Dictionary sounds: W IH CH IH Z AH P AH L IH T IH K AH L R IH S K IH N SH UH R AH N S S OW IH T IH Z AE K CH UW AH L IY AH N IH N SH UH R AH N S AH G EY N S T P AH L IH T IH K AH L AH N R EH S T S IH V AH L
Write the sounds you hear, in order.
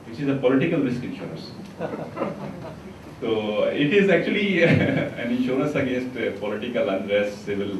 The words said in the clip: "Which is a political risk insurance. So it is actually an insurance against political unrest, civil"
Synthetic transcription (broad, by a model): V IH CH IH Z AH P AH L IH T IH K AH L R IH S K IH N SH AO R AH N S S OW IH T IH Z AE K CH UW AH L IY AH N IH N SH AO R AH N S AH G EY N S T P AH L IH T IH K AH L AH N R EH S T S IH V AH L